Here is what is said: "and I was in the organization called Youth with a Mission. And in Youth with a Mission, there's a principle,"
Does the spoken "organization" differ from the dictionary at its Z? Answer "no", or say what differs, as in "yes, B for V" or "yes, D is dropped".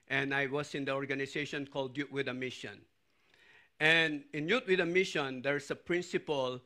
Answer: yes, S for Z